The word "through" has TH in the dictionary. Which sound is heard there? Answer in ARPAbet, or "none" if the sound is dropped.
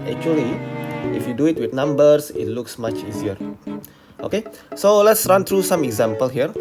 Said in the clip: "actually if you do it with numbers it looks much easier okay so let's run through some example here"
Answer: T